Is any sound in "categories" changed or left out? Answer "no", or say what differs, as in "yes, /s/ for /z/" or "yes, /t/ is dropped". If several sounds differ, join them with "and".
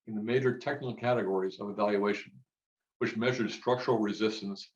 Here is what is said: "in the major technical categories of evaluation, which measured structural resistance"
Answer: no